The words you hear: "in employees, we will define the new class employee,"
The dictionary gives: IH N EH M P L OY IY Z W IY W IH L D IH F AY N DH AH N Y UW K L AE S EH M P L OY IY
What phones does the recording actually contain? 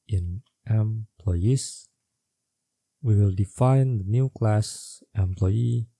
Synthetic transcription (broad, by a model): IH N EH M P L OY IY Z W IY W IH L D IH F AY N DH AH N Y UW K L AE S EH M P L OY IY